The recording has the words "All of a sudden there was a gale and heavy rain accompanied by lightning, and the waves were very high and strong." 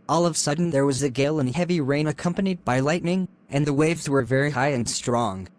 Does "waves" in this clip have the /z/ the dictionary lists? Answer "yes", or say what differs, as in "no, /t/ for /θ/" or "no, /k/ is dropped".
yes